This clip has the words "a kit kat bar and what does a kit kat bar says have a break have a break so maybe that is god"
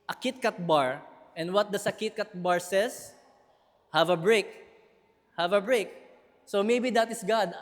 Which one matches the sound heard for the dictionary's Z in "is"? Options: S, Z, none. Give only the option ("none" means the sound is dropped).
S